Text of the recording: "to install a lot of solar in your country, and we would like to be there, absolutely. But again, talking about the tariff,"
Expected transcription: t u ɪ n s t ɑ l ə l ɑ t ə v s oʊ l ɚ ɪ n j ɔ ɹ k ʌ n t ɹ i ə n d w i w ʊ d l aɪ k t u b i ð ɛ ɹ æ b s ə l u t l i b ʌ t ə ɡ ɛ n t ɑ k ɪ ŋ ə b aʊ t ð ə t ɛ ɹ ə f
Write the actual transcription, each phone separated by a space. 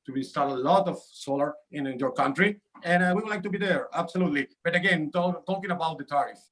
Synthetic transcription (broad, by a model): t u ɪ s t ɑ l ə l ɑ t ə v s oʊ l ɚ ɪ n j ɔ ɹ k ʌ n t ɹ i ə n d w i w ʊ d l aɪ k t u b i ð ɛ ɹ æ b s ə l u t l i b ʌ t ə ɡ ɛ n t ɑ k ɪ ŋ ə b aʊ t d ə t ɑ ɹ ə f